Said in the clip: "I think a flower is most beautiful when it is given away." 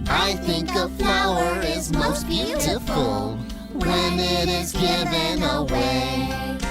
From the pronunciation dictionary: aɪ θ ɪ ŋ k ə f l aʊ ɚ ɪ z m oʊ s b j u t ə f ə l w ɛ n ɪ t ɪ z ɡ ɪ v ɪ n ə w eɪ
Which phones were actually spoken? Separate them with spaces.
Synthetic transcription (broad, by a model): aɪ θ ɪ ŋ k ə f aʊ ɚ ɪ z m oʊ s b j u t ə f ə l w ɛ n ɪ t ɪ z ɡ ɪ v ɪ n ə w eɪ